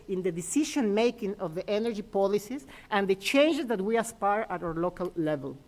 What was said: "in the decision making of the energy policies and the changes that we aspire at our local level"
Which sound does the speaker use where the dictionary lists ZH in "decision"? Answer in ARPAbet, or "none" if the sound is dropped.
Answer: SH